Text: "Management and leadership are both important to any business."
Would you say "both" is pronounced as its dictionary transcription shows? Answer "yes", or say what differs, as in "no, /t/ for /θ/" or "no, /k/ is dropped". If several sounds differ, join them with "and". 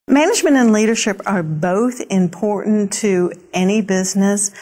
yes